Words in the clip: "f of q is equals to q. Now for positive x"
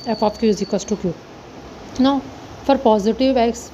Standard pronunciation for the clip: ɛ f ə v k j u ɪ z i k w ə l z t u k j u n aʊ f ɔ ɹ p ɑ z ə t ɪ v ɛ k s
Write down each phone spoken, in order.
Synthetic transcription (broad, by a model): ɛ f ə p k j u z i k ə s t u k j u n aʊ f ɔ ɹ p ɑ z ə t ɪ v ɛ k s